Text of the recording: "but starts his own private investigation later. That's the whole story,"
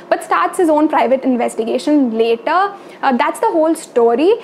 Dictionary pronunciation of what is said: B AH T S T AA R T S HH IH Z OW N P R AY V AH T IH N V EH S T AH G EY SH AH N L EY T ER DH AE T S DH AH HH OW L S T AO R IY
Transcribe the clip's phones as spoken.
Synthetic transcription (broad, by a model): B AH T S T AA R T S HH IH Z OW N P R AY V AH T IH N V EH S T AH G EY SH AH N L EY T ER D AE T S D AH HH OW L S T AO R IY